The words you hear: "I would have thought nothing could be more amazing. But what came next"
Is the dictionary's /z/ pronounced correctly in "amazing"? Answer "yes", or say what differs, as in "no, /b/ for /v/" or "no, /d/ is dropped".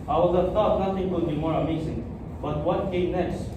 no, /s/ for /z/